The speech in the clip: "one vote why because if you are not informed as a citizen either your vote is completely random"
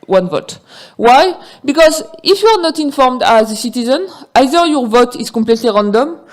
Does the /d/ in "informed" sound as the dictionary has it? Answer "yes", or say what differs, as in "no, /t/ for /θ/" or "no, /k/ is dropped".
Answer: yes